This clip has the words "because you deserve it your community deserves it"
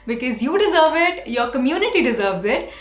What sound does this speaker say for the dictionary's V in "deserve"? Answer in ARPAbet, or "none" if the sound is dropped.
V